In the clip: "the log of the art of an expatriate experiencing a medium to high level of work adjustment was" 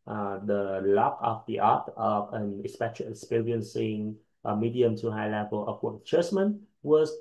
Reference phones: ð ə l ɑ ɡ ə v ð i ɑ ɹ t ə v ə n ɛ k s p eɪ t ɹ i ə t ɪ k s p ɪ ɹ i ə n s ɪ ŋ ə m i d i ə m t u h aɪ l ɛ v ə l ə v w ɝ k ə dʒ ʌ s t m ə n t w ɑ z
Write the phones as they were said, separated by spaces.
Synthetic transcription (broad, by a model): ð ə l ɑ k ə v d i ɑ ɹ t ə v ə n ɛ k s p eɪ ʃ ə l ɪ k s p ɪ ɹ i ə n s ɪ ŋ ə m i d i ə m t u h aɪ l ɛ v ə l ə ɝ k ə tʃ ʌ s m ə n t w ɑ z